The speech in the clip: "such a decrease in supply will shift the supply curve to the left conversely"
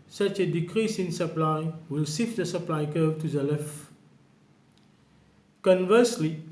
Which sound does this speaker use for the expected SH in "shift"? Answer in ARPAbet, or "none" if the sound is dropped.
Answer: S